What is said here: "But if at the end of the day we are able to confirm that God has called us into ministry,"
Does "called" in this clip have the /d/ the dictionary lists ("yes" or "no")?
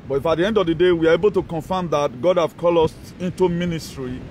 no